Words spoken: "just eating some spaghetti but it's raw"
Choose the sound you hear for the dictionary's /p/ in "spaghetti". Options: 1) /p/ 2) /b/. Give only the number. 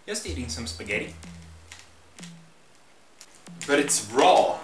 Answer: 1